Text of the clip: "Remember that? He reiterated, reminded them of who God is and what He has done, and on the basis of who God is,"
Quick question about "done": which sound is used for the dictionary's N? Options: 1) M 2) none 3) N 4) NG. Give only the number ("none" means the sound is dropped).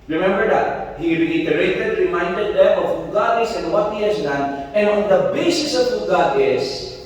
3